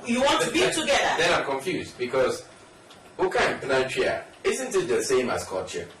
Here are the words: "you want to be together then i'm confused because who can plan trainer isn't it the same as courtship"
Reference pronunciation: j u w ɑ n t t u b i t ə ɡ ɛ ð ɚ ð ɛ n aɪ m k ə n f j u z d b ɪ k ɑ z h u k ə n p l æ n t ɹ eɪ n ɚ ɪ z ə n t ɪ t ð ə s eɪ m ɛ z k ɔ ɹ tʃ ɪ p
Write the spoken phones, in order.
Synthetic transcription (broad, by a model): j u w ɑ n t t u b i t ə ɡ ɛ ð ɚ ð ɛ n aɪ m k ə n f j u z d b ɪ k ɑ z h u k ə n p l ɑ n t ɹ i ɚ ɪ z ə n t ɪ t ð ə s eɪ m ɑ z k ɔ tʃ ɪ